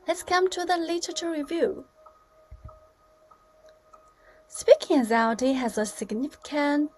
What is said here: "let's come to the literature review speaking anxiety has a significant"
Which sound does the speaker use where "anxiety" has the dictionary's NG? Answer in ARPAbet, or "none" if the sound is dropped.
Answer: none